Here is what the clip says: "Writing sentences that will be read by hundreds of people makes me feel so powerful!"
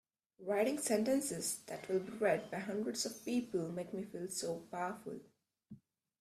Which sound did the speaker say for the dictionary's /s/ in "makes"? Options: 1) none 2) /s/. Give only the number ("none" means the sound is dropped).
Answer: 1